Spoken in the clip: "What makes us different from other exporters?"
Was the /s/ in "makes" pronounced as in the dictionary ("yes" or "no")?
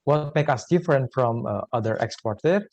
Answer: no